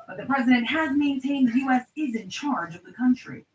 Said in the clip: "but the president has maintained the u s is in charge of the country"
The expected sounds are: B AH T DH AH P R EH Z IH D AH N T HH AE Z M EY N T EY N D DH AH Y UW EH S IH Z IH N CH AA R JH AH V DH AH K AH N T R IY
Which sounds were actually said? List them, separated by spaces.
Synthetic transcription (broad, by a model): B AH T DH AH P R EH Z IH D AH N T HH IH Z M EY N T EY N D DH Y UW EH S IH Z IH N CH AA R JH AH V DH AH K AH N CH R IY